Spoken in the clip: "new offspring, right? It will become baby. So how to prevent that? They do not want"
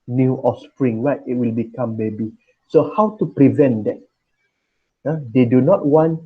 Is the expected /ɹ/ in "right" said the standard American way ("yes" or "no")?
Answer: no